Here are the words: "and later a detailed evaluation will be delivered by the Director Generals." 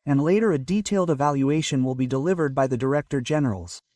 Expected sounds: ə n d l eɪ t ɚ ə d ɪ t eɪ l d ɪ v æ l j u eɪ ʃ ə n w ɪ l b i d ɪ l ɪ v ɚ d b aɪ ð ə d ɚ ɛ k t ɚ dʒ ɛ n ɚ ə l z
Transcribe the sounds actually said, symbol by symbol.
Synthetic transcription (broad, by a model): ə n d l eɪ t ɚ ə d ɪ t eɪ l d ɪ v æ l j u eɪ ʃ ə n w ɪ l b i d ɪ l ɪ v ɚ d b aɪ ð ə d ɚ ɛ k t ɚ dʒ ɛ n ɚ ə l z